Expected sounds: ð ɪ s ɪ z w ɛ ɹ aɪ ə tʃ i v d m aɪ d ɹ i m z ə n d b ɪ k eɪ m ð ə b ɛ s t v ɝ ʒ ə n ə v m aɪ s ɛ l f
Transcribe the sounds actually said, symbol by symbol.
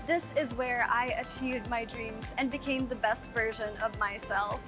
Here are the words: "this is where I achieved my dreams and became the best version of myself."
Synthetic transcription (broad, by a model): ð ɪ s ɪ z w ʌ ɹ aɪ ə tʃ i v d m aɪ d ɹ i m z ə n b ɪ k eɪ m ð ə b ɛ s t v ɝ ʒ ə n ə v m aɪ s ɛ l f